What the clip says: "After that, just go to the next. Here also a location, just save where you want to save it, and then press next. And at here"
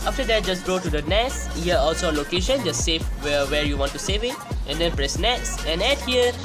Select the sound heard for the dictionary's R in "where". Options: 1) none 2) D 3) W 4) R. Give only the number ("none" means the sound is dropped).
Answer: 4